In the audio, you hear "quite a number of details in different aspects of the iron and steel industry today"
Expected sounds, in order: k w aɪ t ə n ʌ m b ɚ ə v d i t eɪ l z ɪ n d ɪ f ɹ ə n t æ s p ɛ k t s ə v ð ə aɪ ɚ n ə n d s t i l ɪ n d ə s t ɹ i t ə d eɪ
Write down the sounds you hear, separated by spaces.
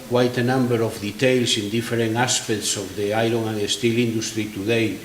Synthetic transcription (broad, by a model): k w aɪ t ə n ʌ m b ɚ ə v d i t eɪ l s ɪ n d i f ɹ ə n ɑ s p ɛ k t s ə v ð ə aɪ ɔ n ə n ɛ s t i l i n d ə s t ɹ i t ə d eɪ